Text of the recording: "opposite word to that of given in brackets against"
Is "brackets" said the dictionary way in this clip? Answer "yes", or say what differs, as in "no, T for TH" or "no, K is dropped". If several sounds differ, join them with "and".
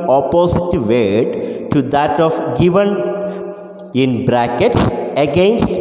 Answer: yes